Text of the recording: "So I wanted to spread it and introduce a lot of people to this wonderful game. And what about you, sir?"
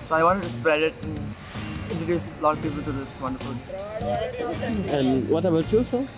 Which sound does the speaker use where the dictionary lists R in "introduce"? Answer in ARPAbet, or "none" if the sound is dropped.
none